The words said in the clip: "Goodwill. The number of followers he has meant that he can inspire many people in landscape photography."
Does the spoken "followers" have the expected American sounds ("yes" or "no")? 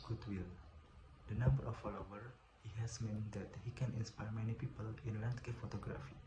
no